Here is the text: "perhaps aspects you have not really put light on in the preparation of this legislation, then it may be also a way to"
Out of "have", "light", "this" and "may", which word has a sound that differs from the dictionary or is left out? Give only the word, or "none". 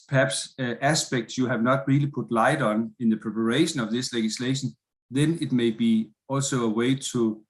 none